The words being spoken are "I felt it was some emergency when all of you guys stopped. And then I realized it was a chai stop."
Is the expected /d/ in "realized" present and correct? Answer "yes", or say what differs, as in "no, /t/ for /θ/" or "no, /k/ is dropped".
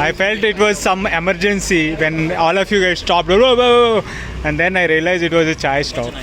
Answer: no, /d/ is dropped